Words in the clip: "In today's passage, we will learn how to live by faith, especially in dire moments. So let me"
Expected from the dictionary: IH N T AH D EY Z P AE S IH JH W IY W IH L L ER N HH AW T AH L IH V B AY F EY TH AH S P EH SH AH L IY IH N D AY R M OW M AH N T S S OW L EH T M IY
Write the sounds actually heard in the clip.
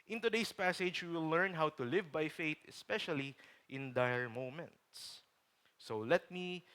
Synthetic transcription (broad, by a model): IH N T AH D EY S P AE S IH JH W IY W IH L L ER N HH AW T AH L IH V B AY F EY T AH S P EH SH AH L IY IH N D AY R M OW M AH N T S S OW L EH T M IY